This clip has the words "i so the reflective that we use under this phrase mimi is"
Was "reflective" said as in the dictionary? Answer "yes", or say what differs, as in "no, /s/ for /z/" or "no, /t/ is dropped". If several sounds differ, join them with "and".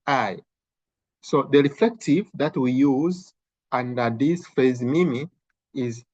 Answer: yes